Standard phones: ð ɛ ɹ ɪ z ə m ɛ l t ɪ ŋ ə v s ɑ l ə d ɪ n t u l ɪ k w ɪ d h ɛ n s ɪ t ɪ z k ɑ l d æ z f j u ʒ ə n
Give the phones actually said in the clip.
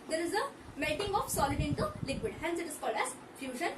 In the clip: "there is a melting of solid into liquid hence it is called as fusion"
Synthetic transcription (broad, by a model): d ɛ ɹ ɪ z ə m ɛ t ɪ ŋ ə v s ɑ l ə d ɪ n t u l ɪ k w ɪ d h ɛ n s ɪ t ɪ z k ɑ l d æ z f j u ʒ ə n